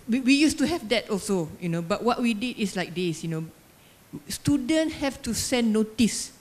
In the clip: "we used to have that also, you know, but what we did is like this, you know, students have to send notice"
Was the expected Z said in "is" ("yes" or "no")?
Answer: no